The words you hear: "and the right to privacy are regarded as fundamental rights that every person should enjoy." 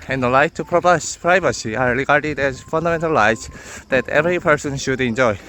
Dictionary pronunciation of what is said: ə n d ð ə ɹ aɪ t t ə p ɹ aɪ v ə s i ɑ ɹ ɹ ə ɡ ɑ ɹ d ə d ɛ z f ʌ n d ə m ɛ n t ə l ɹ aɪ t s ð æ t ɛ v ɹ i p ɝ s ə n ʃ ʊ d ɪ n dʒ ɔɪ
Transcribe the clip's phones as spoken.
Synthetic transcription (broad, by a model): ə n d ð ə l aɪ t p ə p ɹ aɪ v ə s i ɑ ɹ ɹ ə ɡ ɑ ɹ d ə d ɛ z f ʌ n d ə m ɛ n t ə l l aɪ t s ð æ t ɛ v ɹ i p ɝ s ə n ʃ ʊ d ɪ n dʒ ɔɪ